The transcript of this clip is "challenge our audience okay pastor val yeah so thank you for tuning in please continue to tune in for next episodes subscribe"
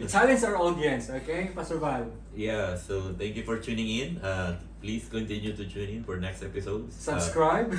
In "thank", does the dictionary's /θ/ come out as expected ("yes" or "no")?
no